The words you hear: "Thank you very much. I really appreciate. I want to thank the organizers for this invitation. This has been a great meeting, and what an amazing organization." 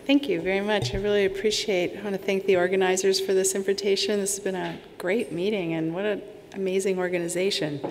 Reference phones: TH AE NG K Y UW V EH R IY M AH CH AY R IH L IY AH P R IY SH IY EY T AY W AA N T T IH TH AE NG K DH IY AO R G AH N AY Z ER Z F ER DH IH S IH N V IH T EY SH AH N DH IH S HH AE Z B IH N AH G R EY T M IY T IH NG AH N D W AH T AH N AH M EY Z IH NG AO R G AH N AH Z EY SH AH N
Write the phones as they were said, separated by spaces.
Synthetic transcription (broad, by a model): TH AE NG K Y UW V EH R IY M AH CH AY R IH L IY AH P R IY SH IY EY T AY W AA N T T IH TH AE NG K DH IY AO R G AH N AY Z ER Z F ER DH IH S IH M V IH T EY SH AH N DH IH S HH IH Z B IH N AH G R EY T M IY T IH NG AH N W AH T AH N AH M EY Z IH NG AO R G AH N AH Z EY SH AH N